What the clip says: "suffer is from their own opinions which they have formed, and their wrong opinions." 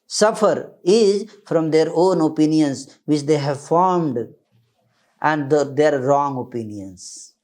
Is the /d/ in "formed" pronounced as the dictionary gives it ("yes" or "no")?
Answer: yes